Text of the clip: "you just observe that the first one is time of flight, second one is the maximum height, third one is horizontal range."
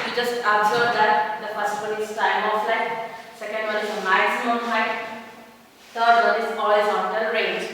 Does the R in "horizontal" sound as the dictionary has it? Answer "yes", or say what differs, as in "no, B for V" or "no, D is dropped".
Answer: no, L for R